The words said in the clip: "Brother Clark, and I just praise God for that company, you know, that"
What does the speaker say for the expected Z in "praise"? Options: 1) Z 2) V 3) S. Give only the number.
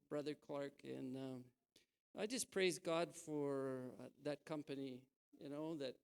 1